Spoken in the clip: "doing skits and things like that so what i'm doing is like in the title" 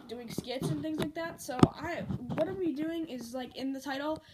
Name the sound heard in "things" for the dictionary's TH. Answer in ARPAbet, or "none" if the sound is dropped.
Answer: TH